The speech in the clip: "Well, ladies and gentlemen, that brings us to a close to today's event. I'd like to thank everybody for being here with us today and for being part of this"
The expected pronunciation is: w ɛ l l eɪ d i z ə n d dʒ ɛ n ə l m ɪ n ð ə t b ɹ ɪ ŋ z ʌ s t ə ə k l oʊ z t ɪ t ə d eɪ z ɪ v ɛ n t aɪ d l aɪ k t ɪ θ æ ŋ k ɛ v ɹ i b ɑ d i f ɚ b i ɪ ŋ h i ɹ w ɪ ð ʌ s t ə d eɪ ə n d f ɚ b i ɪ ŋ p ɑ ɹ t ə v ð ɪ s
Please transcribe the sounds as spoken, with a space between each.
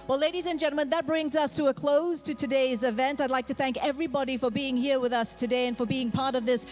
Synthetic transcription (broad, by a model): w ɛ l l eɪ d i z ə n dʒ ɛ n l m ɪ n ð ə t b ɹ ɪ ŋ z ʌ s t ə ə k l oʊ z t ɪ t ə d eɪ z ɪ v ɛ n t aɪ d l aɪ k t ɪ θ æ ŋ k ɛ v ɹ i b ɑ d i f ɚ b i ɪ ŋ h i ɹ w ɪ ð ʌ s t ə d eɪ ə n f ɚ b i ɪ ŋ p ɑ ɹ t ə v ð ɪ s